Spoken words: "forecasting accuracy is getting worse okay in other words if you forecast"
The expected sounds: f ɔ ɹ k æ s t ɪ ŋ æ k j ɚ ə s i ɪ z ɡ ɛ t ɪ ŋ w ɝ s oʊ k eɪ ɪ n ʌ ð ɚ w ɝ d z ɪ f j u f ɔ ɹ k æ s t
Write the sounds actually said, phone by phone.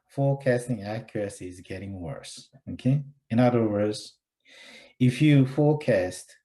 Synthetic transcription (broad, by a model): f ɔ ɹ k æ s t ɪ ŋ æ k j ɚ ə s i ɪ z ɡ ɛ t ɪ ŋ w ɝ s oʊ k eɪ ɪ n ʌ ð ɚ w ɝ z ɪ f j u f ɔ ɹ k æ s t